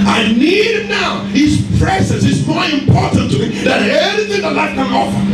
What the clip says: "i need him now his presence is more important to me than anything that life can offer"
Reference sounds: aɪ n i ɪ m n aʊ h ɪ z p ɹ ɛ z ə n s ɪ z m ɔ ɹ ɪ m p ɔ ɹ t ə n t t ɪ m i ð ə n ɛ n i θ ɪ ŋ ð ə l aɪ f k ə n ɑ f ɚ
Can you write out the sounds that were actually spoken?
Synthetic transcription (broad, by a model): aɪ n i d n aʊ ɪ s p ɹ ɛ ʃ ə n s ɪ s m ɔ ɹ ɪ m p ɔ ɹ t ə n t t ɪ m i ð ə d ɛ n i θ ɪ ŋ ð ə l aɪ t k ə n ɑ f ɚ